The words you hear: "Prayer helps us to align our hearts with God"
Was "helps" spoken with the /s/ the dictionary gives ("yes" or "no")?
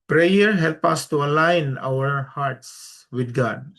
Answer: no